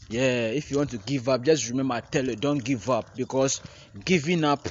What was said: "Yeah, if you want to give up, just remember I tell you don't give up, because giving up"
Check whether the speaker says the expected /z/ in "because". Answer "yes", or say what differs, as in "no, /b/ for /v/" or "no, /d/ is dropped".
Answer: no, /s/ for /z/